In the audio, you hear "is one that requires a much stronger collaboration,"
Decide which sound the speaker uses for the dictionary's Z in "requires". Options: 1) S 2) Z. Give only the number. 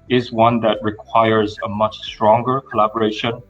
2